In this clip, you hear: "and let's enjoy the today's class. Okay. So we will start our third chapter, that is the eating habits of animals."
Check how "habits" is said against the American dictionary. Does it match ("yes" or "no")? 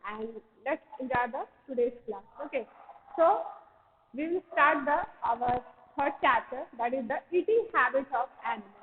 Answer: no